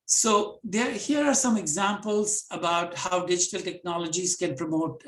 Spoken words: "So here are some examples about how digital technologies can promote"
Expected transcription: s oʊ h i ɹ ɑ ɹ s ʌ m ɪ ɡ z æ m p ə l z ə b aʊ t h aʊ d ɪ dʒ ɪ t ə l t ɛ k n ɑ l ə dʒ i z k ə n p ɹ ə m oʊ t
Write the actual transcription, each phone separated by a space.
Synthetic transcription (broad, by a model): s oʊ h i ɹ ɑ ɹ s ʌ m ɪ ɡ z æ m p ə l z ə b aʊ t h aʊ d ɪ dʒ ɪ t ə l t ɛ k n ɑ l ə dʒ i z k ə n p ɹ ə m oʊ t